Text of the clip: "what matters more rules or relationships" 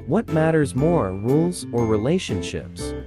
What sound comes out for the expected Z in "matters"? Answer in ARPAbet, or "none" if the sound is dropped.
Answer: Z